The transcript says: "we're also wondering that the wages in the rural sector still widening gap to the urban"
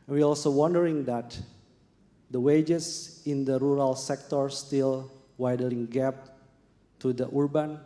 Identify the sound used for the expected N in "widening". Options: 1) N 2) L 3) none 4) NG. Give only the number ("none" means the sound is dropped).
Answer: 2